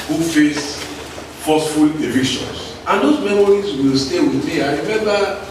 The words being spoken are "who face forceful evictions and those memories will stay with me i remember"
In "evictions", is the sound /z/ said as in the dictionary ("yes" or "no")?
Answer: no